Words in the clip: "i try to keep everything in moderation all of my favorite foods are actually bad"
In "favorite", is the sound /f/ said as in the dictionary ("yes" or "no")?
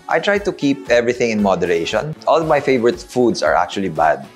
yes